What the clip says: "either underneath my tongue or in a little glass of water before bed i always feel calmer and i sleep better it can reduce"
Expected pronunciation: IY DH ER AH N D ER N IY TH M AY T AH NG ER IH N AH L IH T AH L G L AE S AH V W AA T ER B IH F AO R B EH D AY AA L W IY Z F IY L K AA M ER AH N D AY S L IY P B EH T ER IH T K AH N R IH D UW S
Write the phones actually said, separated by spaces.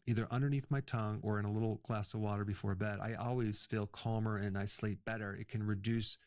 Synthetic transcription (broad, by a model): IY DH ER AH N D ER N IY TH M AY T AH NG ER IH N AH L IH T L G L AE S AH V W AA T ER B IH F AO R B EH D AY AA L W IY Z F IY L K AA M ER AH N AY S L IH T B EH T ER IH T K AH N R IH D UW S